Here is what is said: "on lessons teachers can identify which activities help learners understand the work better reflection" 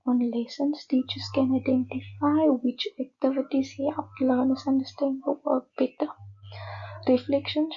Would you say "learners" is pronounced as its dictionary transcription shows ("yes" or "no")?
no